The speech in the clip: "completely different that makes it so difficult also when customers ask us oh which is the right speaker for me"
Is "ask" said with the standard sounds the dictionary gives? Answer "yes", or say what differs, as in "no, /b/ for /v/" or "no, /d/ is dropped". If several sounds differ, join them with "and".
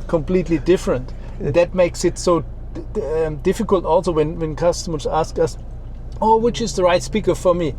yes